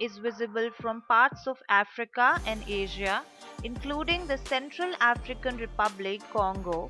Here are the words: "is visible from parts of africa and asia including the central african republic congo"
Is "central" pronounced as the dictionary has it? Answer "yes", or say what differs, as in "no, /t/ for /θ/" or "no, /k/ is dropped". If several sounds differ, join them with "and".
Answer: yes